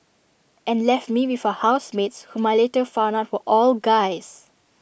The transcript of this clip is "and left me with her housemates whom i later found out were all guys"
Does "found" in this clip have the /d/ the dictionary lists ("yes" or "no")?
no